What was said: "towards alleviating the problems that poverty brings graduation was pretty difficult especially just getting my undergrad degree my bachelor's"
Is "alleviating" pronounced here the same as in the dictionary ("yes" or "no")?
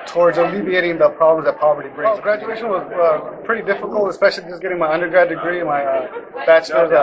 yes